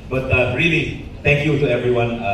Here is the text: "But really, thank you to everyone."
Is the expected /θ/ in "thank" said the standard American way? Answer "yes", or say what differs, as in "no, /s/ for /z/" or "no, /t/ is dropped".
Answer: no, /t/ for /θ/